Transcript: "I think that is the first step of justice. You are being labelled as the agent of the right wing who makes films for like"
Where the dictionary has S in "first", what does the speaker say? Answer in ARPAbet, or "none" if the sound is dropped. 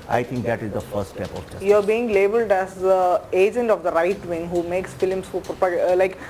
none